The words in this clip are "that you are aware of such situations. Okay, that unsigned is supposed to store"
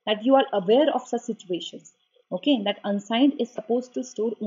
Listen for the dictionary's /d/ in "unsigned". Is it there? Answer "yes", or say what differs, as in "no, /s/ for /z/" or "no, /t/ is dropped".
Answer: yes